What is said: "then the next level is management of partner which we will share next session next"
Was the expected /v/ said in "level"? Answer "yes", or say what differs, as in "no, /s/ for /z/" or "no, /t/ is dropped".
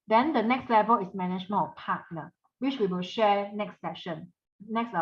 yes